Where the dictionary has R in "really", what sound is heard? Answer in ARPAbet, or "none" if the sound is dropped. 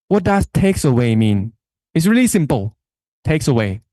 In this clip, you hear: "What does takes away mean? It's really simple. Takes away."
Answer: R